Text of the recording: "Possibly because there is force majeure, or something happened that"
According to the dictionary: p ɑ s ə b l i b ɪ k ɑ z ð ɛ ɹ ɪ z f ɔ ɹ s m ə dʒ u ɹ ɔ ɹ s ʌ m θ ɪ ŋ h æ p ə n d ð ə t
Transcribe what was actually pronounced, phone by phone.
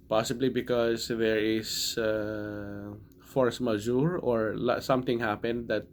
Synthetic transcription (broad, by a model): p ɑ s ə b l i b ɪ k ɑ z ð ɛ ɹ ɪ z f ɔ ɹ s m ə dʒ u ɹ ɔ ɹ s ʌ m t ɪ ŋ h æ p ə n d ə t